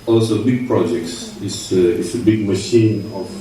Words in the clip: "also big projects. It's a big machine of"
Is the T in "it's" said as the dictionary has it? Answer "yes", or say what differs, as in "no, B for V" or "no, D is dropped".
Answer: no, S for T